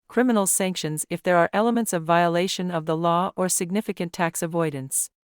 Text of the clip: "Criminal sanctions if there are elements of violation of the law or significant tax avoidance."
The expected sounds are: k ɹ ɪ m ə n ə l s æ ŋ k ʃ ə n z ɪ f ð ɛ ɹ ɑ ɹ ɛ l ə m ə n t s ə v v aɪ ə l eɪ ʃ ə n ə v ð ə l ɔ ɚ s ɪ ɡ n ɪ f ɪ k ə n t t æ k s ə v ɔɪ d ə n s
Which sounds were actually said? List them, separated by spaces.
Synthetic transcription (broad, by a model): k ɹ ɪ m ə n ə l s æ ŋ k ʃ ə n z ɪ f ð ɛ ɹ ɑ ɹ ɛ l ə m ə n t s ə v v aɪ ə l eɪ ʃ ə n ə v ð ə l ɔ ɚ s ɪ ɡ n ɪ f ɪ k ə n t t æ k s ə v ɔɪ d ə n s